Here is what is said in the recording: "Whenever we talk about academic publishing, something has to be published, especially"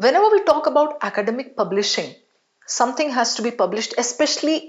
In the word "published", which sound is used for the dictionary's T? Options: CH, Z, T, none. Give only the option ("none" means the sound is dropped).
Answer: T